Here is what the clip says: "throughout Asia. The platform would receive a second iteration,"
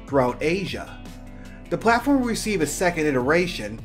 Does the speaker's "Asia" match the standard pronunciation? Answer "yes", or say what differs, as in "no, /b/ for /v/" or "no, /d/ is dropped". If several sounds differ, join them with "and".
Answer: yes